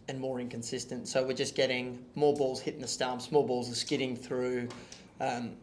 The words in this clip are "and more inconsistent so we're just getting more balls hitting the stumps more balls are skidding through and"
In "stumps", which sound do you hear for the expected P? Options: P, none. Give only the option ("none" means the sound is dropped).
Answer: none